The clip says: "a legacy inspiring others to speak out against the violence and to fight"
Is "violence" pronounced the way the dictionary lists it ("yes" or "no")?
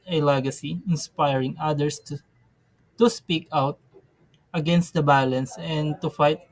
no